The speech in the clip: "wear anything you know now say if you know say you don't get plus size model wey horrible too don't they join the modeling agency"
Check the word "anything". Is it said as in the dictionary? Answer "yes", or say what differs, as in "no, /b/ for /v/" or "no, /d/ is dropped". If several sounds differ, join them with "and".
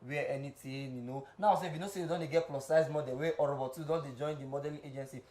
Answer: no, /t/ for /θ/